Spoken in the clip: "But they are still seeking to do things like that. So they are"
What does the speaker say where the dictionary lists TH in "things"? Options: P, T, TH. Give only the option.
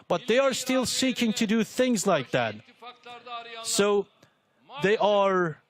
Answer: TH